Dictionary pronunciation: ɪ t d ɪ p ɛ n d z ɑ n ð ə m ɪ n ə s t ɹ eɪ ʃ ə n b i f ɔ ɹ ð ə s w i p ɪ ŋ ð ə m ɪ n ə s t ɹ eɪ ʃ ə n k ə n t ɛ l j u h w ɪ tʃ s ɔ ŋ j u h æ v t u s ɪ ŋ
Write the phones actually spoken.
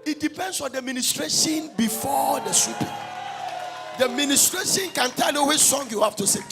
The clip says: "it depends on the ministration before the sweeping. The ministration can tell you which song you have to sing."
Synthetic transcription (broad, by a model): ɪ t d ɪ p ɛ n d s ɑ n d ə m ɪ n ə s t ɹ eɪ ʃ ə n b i f ɔ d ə s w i p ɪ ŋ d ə m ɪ n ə s t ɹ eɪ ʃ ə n k ə n t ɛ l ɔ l w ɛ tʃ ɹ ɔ ŋ j u h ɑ f t u s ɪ